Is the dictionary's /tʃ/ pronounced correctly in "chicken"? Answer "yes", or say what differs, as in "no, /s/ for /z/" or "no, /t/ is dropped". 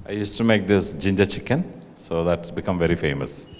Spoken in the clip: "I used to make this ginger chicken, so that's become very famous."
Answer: yes